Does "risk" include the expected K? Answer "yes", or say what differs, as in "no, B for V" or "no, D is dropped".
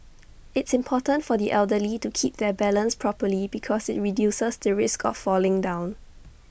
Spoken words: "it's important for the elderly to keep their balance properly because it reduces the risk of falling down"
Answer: yes